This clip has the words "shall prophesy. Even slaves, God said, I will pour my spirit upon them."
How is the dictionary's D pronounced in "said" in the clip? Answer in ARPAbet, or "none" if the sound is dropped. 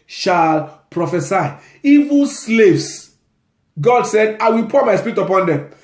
D